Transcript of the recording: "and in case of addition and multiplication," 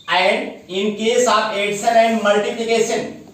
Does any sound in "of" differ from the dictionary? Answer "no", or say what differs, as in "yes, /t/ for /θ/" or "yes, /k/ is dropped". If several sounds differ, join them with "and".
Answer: yes, /p/ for /v/